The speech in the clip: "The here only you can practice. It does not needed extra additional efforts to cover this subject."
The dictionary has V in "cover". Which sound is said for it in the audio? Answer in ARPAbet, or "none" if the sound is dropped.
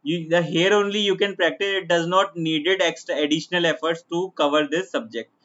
V